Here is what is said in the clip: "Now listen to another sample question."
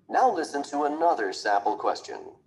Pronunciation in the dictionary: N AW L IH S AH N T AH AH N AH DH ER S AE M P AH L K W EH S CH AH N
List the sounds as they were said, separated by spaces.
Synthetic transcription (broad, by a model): N AW L IH S AH N T AH AH N AH DH ER S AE P L K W EH S CH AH N